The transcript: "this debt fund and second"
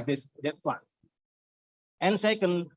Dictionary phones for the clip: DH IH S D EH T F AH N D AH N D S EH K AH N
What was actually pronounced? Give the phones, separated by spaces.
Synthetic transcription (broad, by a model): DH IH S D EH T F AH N AH N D S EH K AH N